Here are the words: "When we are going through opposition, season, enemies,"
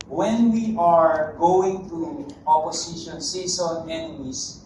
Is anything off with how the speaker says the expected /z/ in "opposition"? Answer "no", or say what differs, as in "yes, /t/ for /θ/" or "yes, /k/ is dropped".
yes, /s/ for /z/